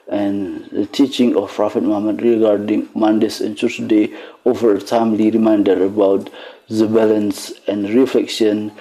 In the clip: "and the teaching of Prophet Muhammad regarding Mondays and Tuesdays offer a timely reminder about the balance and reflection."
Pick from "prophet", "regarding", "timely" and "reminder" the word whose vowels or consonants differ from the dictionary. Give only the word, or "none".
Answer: none